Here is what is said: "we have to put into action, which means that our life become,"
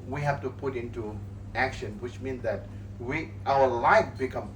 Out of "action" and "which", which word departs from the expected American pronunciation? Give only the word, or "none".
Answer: none